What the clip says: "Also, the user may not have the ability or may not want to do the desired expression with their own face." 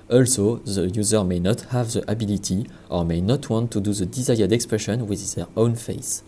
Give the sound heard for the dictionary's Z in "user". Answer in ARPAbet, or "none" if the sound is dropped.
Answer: Z